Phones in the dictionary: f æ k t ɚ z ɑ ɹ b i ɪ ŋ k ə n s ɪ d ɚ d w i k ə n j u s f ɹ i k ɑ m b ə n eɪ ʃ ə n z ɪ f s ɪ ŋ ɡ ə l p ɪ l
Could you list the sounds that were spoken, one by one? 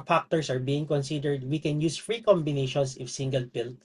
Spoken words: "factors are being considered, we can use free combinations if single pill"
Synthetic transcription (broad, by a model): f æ k t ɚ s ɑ ɹ b i ɪ ŋ k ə n s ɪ d ɚ d w i k ə n j u s f ɹ i k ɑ m b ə n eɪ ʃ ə n s ɪ f s ɪ ŋ ɡ ə l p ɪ l